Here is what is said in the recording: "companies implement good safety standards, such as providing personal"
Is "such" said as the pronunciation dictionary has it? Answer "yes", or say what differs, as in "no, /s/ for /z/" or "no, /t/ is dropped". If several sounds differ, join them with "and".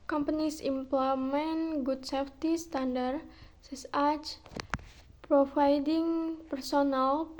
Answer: no, /s/ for /tʃ/